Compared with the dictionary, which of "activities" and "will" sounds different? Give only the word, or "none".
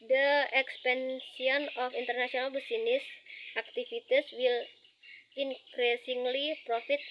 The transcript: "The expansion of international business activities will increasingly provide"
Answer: activities